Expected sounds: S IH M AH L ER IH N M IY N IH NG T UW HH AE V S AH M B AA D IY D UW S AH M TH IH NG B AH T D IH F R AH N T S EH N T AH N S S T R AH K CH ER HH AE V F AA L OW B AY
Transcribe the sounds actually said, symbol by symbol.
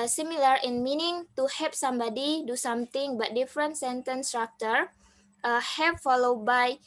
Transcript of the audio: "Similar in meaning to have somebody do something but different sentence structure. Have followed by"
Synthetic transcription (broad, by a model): S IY M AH L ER IH N M IY N IH NG T UW HH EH P S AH M B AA D IY D UW S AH M T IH NG B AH T D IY F R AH N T S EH N T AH N S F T AH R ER HH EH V F AA L OW B AY